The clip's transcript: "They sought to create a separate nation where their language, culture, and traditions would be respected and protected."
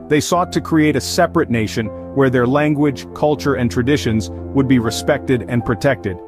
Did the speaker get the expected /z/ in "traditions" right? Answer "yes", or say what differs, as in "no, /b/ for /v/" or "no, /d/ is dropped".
yes